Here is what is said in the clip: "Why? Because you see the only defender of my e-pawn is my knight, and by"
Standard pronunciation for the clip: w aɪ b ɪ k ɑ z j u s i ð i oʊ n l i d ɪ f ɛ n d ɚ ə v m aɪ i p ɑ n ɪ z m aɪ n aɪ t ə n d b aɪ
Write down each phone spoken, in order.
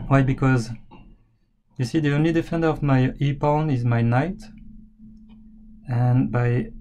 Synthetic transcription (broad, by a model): w aɪ b ɪ k ɑ z j u s i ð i oʊ n l i d ɪ f ɛ n d ɚ ə v m aɪ i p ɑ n ɪ z m aɪ n aɪ t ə n b aɪ